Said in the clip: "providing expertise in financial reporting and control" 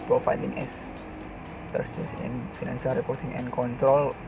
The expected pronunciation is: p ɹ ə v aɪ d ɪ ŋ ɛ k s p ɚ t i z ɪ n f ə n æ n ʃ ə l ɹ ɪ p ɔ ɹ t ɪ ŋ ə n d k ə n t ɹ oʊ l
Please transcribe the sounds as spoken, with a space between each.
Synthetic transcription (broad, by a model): p ɹ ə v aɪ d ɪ ŋ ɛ s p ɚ s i s ɪ n f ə n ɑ n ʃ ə l ɹ ɪ p ɔ ɹ t ɪ ŋ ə n k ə n t ɹ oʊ l